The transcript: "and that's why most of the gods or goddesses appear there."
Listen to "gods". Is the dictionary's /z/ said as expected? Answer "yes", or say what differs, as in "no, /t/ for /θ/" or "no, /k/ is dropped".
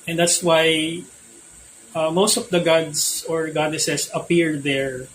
no, /s/ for /z/